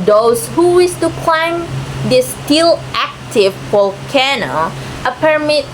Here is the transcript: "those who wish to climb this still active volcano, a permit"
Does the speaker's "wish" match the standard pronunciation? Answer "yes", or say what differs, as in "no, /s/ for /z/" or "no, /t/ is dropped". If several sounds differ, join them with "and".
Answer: no, /s/ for /ʃ/